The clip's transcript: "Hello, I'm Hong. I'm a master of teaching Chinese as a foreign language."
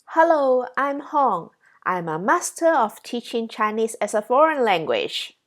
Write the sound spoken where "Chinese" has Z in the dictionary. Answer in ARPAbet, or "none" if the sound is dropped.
S